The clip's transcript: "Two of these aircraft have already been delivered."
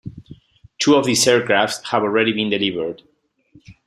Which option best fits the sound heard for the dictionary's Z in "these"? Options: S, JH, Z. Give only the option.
S